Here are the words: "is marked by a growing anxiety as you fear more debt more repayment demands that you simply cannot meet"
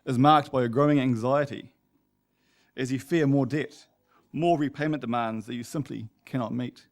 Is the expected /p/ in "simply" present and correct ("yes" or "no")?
yes